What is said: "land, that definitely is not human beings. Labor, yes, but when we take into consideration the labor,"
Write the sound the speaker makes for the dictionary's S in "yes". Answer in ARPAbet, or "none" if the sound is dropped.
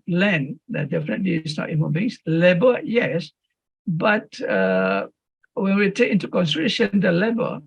S